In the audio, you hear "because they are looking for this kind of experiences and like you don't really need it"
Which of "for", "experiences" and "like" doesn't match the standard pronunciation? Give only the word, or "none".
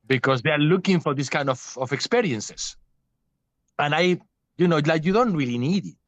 experiences